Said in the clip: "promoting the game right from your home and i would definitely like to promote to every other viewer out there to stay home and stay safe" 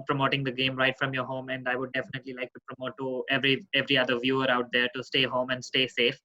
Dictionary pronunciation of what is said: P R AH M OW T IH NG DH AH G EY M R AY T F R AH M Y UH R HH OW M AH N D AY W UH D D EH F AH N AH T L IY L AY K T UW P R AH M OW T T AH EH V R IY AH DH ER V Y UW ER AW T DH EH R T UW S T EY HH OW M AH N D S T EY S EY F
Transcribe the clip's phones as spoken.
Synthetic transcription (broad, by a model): P R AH M OW T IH NG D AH G EY M R AY T F R AH M Y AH R HH OW M AH N D AY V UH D D EH F AH N AH T L IY L AY K T UW P R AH M OW T T AH EH V R IY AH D ER V Y UW ER AW T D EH R T UW S T EY HH OW M AH N D S T EY S EY F